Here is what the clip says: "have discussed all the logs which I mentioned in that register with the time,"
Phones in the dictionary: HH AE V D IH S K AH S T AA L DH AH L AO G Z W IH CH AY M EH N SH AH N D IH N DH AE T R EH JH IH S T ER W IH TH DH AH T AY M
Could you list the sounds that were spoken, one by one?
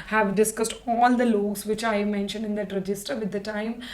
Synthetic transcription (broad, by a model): HH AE V D IH S K AH S T AA L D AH L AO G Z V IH CH AY M EH N SH AH N D IH N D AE T R EH JH IH S T ER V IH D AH T AY M